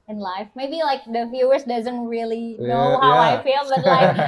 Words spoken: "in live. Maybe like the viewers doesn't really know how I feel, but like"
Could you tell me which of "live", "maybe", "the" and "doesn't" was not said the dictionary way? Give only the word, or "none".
live